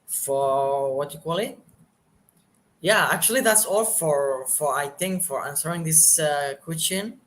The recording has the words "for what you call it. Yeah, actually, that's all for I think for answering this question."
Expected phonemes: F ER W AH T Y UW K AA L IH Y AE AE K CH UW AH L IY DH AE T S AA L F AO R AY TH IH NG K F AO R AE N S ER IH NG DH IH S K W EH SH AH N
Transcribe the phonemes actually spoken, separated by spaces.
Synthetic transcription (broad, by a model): F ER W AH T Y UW K AA L IH Y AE AE K CH UW AH L IY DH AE T S AA L F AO R AY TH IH NG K F AO R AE N S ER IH NG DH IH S K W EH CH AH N